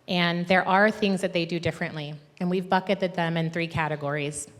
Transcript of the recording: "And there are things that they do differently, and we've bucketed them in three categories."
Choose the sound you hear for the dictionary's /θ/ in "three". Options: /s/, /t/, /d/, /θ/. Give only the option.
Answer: /θ/